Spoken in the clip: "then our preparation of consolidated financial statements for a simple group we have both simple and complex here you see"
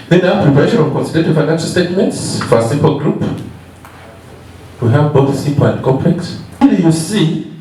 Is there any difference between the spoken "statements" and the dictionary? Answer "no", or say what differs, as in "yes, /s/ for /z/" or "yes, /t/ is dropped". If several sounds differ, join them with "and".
no